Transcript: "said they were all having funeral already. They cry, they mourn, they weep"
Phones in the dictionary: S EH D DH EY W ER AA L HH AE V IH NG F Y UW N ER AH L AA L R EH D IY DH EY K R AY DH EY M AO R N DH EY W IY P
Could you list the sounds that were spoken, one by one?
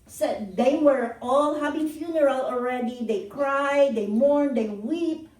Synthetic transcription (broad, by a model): S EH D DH EY W ER AA L HH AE B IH F Y UW N ER AH L AA L R EH D IY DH EY K R AY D EY M AO R N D EY W IY P